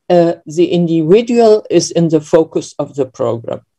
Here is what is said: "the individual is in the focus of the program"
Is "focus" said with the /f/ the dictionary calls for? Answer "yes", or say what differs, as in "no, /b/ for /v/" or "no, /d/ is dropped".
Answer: yes